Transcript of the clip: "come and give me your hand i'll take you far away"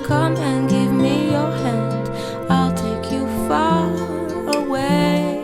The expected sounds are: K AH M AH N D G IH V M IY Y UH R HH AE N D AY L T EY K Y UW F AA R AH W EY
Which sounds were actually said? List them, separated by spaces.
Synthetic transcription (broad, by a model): K AH M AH N G IH V M IY Y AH R HH AE N D AY L T EY K Y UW F AA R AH W EY